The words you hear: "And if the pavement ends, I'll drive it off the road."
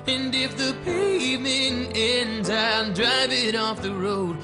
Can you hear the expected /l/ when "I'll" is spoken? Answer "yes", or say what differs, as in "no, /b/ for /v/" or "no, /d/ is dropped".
no, /n/ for /l/